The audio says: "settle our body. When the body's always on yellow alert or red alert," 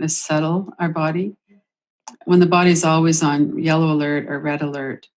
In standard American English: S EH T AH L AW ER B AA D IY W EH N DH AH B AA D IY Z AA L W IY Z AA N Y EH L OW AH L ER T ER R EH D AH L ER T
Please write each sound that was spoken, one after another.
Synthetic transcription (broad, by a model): S EH T L AW ER B AA D IY W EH N DH AH B AA D IY Z AA L W IY Z N Y EH L OW AH L ER T ER R EH D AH L ER T